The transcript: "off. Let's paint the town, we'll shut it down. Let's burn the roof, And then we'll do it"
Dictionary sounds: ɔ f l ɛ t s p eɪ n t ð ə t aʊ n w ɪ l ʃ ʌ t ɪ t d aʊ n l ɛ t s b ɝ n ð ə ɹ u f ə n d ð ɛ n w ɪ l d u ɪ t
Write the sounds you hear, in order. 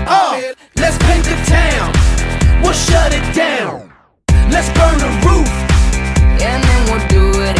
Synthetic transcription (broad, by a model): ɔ l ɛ t s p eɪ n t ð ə t aʊ n w ɪ l ʃ ʌ t ɪ t d aʊ n l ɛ t s b ɝ n ð ə ɹ u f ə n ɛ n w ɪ d u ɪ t